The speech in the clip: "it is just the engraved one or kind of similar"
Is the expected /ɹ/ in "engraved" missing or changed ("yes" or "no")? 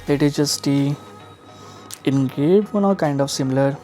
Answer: yes